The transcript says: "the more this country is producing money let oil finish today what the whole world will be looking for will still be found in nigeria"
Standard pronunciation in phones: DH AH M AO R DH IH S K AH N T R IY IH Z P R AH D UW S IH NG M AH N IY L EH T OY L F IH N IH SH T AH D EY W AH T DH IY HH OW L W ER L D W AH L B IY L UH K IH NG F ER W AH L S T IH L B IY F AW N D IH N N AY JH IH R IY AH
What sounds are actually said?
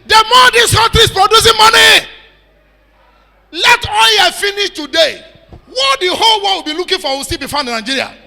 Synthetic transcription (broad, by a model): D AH M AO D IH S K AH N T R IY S P R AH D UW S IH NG M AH N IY L EH T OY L F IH N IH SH T AH D EY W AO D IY HH OW L W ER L W AH L B IY L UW K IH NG F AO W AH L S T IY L B IY F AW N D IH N N AY JH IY R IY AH